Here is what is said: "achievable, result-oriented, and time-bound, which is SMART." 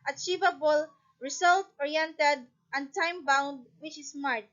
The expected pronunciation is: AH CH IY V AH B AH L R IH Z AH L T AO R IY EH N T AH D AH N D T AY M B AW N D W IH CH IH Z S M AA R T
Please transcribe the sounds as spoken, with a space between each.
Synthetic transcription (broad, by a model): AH CH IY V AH B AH L R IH S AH L T AO R IY EH N T AH D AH N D T AY M B AW N D W IH CH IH S M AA R T